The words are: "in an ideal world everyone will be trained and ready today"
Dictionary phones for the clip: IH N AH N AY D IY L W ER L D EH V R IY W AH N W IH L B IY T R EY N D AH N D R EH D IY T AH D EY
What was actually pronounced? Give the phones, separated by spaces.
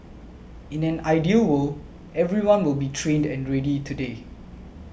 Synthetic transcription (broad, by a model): IH N AH N AY D IY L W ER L EH V R IY W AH N W IH L B IY T R EY N D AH N R EH D IY T AH D EY